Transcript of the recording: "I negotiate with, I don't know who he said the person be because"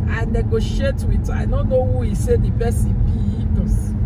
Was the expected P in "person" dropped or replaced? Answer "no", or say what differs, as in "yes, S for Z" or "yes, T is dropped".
yes, B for P